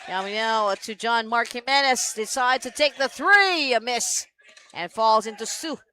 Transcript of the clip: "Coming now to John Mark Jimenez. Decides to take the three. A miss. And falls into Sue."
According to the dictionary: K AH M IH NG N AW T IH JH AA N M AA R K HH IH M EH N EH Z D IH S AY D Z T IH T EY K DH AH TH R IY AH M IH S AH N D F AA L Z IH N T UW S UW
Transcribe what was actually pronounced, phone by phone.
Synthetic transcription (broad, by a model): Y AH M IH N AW T IH JH AA N M AA R K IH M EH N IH S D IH S AY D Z T IH T EY K DH AH TH R IY AH M IH S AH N F AA L Z IH N T UW S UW